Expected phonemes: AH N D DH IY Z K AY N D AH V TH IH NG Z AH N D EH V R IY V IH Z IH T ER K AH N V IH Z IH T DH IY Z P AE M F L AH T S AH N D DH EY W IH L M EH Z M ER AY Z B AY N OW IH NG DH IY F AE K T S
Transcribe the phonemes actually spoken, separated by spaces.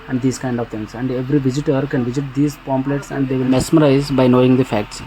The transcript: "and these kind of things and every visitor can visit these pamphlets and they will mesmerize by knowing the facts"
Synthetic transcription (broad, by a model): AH N D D IY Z K AY N D AH V T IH NG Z AH N D EH V R IY V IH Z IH T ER K AH N V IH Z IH T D IY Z P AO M P L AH T S AH N D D EY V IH L M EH S M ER AY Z B AY N OW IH NG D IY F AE K T S